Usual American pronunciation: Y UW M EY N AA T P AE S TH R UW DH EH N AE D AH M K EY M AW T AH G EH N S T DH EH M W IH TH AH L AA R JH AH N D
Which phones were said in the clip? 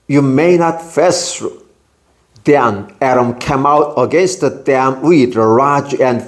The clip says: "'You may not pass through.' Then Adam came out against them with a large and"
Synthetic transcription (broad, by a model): Y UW M EY N AA T F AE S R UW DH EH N AE D AH M K EY M AW T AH G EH N S T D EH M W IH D AH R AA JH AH N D